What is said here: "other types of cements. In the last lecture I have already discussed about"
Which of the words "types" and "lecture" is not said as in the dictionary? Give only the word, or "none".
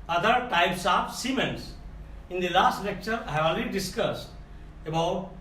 none